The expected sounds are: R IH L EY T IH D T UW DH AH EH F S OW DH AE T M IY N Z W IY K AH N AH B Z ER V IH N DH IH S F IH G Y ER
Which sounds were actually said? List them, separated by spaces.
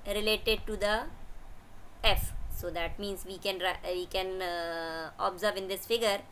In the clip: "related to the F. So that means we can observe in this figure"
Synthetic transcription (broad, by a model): R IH L EY T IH D T UW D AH EH F S OW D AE T M IY N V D IY K AH N AH B Z ER V IH N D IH S F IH G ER